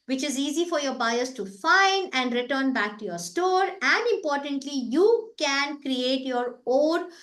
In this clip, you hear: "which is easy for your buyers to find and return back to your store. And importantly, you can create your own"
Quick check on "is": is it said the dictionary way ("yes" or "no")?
yes